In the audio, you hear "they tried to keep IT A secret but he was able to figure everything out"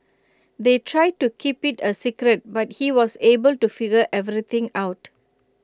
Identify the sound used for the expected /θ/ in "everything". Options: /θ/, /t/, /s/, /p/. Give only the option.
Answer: /t/